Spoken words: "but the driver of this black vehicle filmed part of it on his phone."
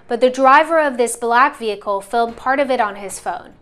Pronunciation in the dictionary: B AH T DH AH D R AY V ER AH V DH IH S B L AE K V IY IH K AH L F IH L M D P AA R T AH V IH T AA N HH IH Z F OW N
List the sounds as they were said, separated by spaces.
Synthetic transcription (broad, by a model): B AH T DH AH D R AY V ER AH V DH IH S B L AE K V IY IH K L F IH L D P AA R T AH V IH T N IH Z F OW N